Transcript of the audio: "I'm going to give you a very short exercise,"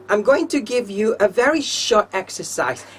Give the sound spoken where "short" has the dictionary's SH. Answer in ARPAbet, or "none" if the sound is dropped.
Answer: SH